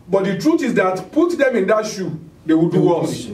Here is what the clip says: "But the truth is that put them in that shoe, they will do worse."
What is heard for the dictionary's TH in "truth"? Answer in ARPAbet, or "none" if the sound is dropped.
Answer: T